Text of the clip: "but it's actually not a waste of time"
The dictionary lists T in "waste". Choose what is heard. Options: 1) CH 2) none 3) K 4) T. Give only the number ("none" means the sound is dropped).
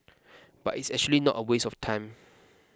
2